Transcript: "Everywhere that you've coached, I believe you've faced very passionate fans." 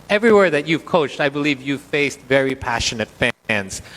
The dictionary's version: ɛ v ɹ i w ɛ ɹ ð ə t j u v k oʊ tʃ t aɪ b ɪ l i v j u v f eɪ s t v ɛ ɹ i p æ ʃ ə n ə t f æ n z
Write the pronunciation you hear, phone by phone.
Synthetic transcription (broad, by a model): ɛ v ɹ i w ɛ ɹ ð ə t j u v k oʊ tʃ t aɪ b ɪ l i v j u v f eɪ s t v ɛ ɹ i p æ ʃ ə n ə t f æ n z